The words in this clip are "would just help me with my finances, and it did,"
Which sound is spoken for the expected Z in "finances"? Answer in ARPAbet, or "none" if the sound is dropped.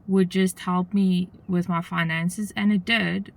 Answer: Z